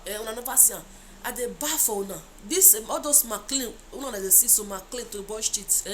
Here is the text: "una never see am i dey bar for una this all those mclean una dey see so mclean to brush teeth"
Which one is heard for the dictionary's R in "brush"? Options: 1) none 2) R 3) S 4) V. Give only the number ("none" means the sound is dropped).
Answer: 1